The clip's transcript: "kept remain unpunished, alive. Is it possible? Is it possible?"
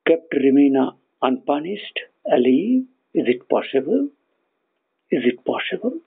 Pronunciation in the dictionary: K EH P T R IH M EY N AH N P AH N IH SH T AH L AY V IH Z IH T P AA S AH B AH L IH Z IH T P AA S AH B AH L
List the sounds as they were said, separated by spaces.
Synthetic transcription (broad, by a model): K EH P T R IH M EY N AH N P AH N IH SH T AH L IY IH Z IH T P AA S AH B AH L IH Z IH T P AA S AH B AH L